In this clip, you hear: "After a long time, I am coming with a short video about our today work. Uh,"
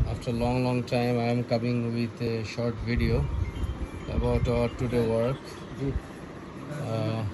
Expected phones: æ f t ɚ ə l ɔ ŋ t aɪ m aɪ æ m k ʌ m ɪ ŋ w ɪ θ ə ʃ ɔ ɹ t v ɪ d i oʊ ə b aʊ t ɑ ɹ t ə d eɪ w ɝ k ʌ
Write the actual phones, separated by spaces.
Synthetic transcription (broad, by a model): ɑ f t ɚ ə l ɔ ŋ t aɪ m aɪ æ m k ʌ m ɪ ŋ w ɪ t ʃ ɔ ɹ t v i d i oʊ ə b aʊ t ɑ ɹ t ə d eɪ w ɝ k